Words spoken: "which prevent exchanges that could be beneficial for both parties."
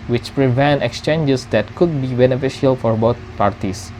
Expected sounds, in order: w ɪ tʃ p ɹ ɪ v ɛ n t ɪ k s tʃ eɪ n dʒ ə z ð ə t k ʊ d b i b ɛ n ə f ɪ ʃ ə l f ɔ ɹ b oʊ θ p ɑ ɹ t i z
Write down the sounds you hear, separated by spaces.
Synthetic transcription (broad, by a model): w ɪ tʃ p ɹ ɪ v ɛ n t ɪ k s tʃ eɪ n dʒ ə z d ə t k ʊ d b i b ɛ n ə f ɪ ʃ ə l f ɔ ɹ b oʊ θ p ɑ ɹ t i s